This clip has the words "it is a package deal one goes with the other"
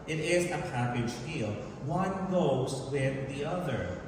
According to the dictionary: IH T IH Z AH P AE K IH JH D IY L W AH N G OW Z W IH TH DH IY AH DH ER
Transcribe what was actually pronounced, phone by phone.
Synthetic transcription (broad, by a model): IH T IH Z AH P AE K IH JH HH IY L W AH N G OW Z W IH DH IY AH DH ER